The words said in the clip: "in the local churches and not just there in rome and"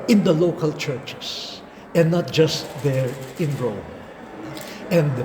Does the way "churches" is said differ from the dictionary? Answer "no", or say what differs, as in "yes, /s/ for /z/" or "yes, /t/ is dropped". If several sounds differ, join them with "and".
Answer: yes, /s/ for /z/